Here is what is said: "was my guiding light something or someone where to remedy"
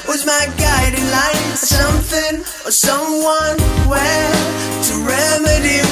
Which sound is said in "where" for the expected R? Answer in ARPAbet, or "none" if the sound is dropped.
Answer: L